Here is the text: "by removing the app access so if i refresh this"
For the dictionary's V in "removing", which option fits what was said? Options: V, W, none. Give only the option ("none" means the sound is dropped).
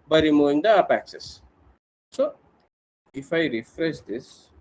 none